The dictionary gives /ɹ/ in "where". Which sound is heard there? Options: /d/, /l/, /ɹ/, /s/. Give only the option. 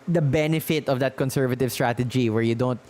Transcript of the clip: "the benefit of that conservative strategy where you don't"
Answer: /ɹ/